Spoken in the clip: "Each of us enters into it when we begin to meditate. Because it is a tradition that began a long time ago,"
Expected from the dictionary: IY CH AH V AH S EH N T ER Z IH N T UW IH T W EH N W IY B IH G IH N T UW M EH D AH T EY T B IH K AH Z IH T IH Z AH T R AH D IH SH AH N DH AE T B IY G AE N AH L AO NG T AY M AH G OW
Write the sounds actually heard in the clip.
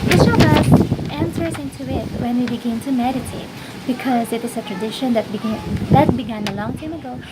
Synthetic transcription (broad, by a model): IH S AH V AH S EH N S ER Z IH N T UW IH T W EH N W IY B IH G IH N T UW M EH D AH T EY T B IH K AH Z IH T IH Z AH T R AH D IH SH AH N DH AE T B IY G AE N AH L AO NG T AY M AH G OW